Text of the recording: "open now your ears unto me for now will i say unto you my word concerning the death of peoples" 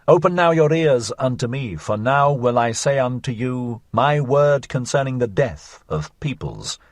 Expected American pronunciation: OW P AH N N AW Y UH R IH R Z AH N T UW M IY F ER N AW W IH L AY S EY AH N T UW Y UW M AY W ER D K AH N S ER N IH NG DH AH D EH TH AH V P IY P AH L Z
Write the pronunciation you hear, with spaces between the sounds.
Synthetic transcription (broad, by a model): OW P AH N N AW Y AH R IH R Z AH N T UW M IY F ER N AW W IH L AY S EY AH N T UW Y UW M AY W ER D K AH N S ER N IH NG DH AH D EH TH AH V P IY P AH L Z